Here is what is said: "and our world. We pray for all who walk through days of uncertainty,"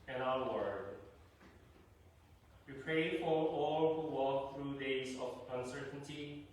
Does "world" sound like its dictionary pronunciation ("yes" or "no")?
no